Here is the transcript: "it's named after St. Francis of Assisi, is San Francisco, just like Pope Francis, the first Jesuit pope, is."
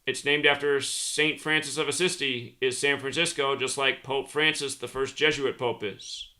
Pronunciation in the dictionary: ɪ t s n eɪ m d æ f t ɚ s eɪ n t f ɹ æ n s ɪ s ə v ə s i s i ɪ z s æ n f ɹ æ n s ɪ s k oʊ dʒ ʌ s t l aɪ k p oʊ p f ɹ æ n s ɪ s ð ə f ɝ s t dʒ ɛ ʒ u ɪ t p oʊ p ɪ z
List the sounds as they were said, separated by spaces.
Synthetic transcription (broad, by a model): ɪ t s n eɪ m d æ f t ɚ s eɪ n t f ɹ æ n s ɪ s ə v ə s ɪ s i ɪ z s æ n f ɹ æ n s ɪ s k oʊ dʒ ʌ s t l aɪ k p oʊ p f ɹ æ n s ɪ s ð ə f ɝ s dʒ ɛ ʒ u ɪ t p oʊ p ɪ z